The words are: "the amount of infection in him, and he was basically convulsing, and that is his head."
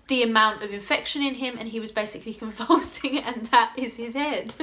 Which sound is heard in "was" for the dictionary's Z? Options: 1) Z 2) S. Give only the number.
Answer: 1